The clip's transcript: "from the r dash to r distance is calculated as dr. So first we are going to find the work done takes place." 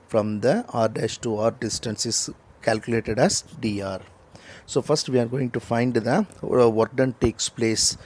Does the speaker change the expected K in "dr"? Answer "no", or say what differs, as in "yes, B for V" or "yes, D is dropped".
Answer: yes, K is dropped